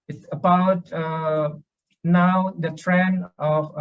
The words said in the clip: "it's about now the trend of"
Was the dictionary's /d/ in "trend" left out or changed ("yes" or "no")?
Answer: yes